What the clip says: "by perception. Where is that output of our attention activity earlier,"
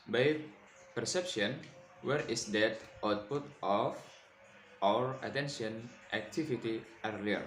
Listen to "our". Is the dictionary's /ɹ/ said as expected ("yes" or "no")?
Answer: yes